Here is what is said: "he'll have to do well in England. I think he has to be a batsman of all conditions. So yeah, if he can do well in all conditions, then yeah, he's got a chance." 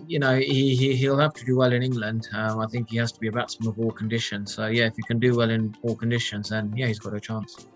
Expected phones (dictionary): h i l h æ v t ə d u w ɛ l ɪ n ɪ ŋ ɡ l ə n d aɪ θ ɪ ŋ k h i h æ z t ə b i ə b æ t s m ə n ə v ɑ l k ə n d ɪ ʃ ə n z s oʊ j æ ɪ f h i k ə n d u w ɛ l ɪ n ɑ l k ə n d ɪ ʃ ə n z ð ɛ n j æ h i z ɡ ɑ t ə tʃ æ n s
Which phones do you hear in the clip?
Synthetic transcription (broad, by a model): h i l h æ f t ə d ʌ w ɛ l ɪ n ɪ ŋ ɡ l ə n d aɪ θ ɪ ŋ k h i h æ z t ə b i ə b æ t s ə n ə v ɑ l k ə n d ɪ ʃ ə n z s oʊ j æ ɪ f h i k ə n d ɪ w ɛ l ɪ n ɑ l k ə n d ɪ ʃ ə n z ð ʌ n j æ h i z ɡ ɑ t ə tʃ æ n s